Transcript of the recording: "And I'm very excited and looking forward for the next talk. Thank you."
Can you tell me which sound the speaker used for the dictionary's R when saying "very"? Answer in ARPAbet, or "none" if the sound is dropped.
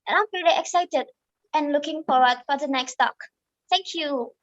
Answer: L